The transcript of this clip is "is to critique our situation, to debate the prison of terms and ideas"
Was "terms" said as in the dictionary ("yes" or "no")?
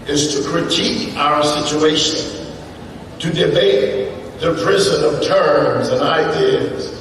yes